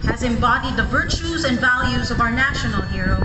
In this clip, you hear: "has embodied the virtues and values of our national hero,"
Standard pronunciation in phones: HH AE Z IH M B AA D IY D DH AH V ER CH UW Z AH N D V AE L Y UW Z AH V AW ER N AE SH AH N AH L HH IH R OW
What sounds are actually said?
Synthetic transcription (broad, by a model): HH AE Z IH M B AA D IY D DH AH V ER CH UW Z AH N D V AE L Y UW Z AH V AW ER N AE SH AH N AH L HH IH R OW